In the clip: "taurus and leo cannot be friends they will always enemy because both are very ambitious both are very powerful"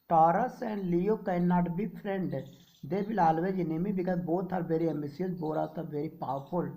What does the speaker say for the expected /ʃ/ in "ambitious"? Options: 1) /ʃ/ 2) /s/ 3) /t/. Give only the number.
2